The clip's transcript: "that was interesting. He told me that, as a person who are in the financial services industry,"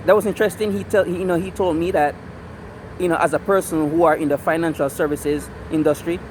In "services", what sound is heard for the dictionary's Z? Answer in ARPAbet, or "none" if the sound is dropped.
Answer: Z